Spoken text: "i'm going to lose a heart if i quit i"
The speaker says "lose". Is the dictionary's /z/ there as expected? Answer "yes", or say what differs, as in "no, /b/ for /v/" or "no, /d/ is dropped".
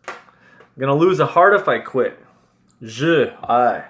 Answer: yes